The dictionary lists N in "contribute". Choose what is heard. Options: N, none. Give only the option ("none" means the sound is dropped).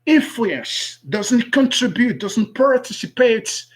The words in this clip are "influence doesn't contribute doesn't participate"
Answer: N